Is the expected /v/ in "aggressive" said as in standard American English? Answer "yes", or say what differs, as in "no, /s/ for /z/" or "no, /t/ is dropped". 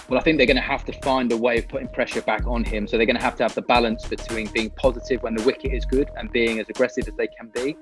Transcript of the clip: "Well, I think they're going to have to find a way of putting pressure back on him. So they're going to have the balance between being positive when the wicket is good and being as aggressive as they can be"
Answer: yes